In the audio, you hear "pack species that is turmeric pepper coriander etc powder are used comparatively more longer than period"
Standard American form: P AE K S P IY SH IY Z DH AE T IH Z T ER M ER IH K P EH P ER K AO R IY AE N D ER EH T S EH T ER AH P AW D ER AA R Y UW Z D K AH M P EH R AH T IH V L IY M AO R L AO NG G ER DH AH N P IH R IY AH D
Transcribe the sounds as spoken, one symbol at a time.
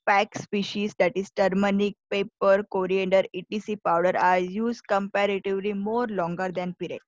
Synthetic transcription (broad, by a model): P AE K S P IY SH IY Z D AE T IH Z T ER M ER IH K P EH P ER K AO R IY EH N D ER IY T IY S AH P AW D ER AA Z Y UW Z K AH M P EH R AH T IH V L IY M AO R L AO NG G ER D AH N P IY R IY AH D